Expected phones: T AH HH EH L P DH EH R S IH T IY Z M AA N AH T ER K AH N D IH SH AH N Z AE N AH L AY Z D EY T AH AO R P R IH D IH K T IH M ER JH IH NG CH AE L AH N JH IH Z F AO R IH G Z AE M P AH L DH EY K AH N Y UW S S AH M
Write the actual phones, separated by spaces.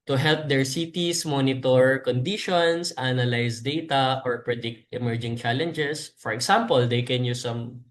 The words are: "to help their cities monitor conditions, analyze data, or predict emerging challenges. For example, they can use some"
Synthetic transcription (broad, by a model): T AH HH EH L P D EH R S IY T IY S M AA N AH T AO K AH N D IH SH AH N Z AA N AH L AY S D EY T AH AO R P R IH D IH K T IH M ER JH IH NG CH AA L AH N JH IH S F AO R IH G S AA M P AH L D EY K AH N Y UW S S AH M